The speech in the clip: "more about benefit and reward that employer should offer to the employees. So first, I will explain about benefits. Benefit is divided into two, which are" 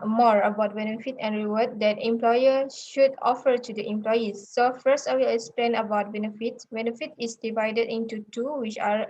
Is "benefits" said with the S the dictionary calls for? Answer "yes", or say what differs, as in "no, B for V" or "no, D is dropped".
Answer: no, S is dropped